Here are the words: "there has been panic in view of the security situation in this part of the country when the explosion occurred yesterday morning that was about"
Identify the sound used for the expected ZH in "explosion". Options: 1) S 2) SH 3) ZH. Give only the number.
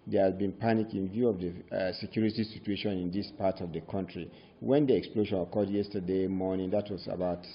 2